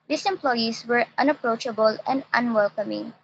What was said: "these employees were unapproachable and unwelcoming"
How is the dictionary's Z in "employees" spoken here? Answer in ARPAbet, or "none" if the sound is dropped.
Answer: S